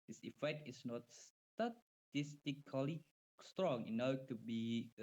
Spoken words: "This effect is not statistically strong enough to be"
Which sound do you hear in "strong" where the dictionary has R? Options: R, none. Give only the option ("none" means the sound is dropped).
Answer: R